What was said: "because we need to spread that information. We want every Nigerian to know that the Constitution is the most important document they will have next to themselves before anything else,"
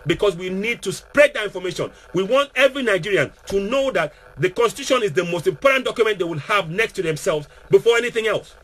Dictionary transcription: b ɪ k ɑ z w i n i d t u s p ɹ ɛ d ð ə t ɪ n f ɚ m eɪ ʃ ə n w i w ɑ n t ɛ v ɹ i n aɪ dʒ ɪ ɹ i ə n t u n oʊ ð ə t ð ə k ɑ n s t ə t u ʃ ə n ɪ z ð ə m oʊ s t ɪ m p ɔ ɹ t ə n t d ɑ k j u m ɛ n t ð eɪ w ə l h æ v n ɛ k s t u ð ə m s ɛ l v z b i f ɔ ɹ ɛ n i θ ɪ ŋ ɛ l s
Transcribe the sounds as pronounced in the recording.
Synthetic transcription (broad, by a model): b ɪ k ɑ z w i n i d t u s p ɹ ɛ d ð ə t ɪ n f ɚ m eɪ ʃ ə n w i w ɑ n t ɛ v ɹ i n aɪ dʒ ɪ ɹ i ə n t u n oʊ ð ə t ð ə k ɑ n s t ə t u ʃ ə n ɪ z ð ə m oʊ s t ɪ m p ɔ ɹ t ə n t d ɑ k j u m ɛ n t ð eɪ w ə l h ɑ v n ɛ k s t u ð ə m s ɛ l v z b i f ɔ ɹ ɛ n i θ ɪ ŋ ɛ l s